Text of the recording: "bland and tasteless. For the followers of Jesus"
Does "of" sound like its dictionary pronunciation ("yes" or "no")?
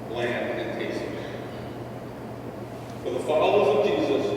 yes